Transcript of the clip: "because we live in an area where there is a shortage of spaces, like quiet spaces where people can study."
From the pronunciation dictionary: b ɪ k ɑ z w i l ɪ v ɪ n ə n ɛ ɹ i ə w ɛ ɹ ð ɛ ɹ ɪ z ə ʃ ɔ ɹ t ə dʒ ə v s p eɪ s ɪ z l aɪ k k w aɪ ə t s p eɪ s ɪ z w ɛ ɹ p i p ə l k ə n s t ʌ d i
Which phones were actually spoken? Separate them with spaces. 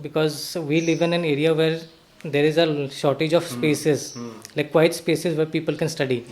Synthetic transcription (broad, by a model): b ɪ k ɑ z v i l ɪ v ɪ n ə n ɛ ɹ i ə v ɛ ɹ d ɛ ɹ ɪ z ə ʃ ɔ ɹ t ə dʒ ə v s p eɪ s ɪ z l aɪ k k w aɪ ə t s p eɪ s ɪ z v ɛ ɹ p i p ə l k ə n s t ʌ d i